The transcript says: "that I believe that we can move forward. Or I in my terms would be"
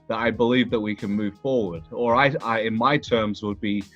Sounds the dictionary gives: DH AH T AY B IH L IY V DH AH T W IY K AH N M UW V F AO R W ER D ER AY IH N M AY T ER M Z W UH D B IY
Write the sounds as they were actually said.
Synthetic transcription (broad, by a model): DH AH T AY B IH L IY V DH AH T W IY K AH N M UW V F AO R W ER D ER AY IH N M AY T ER M Z W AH D B IY